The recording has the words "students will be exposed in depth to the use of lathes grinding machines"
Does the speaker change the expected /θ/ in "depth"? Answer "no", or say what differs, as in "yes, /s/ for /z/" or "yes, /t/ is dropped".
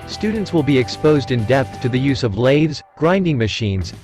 no